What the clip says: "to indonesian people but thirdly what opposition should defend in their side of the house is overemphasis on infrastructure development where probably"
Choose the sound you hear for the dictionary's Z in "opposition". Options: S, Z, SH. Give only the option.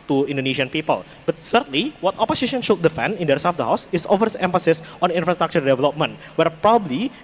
S